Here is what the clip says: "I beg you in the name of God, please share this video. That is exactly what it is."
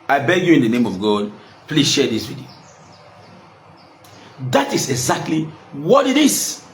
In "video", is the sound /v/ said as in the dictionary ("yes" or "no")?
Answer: no